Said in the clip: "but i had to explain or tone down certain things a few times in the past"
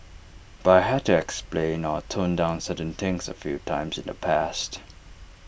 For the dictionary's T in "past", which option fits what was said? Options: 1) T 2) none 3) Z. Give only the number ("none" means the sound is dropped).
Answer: 1